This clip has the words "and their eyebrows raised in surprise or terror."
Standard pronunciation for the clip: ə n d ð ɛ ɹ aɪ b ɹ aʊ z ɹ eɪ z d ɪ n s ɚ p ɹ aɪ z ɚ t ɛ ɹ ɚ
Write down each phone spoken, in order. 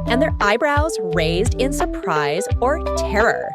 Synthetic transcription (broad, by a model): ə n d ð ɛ ɹ aɪ b ɹ aʊ z ɹ eɪ z d ɪ n s ɚ p ɹ aɪ z ɚ t ɛ ɹ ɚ